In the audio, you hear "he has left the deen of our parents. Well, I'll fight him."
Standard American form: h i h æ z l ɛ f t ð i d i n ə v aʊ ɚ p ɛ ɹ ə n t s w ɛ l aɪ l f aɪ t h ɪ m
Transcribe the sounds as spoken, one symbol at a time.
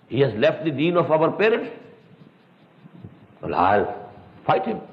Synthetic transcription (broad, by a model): h i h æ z l ɛ f t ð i d i n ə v aʊ ɚ p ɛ ɹ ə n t w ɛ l aɪ l f aɪ t h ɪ m